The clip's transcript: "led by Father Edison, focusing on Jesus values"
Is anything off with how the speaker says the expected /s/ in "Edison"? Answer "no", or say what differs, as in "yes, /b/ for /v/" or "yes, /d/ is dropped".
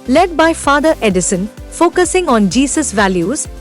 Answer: no